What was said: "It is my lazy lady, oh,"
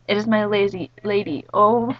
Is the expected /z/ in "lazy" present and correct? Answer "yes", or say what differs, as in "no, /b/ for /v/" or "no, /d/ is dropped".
yes